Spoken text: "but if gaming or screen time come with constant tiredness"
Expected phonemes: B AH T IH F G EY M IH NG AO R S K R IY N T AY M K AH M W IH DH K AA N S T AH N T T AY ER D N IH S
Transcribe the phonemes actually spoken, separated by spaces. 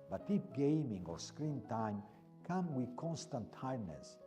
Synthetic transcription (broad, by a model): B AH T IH P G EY M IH NG AO R S K R IY N T AY M K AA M W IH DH K AA N S T AH N T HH AY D N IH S